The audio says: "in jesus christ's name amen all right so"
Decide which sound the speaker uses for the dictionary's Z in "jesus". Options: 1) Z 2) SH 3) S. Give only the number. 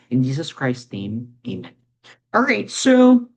1